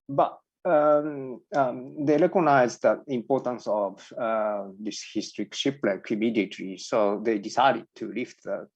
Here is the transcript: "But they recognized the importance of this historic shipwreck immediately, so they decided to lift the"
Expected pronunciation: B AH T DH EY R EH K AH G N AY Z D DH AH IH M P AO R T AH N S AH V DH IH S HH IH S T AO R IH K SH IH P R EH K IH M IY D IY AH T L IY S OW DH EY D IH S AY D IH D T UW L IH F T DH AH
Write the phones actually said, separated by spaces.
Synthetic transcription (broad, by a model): B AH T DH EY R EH K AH N AY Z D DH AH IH M P AO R T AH N S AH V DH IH S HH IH S T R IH K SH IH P L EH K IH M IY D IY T IY S OW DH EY D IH S AY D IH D T UW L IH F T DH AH